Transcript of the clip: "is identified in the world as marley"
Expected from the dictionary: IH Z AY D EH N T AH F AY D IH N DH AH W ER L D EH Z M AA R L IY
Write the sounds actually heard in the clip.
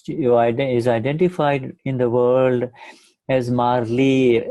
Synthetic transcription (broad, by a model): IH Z AY D EH N T AH F AY D IH N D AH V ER L D EH Z M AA R L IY